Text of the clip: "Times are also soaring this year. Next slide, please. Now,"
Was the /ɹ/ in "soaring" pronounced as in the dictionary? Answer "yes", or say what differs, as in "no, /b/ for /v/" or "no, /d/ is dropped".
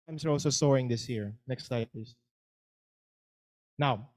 yes